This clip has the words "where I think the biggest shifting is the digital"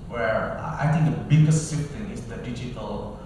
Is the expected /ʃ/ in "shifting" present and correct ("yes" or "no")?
no